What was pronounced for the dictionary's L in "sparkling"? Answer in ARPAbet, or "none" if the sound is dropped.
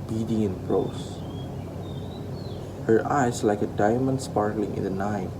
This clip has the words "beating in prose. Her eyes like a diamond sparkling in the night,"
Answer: L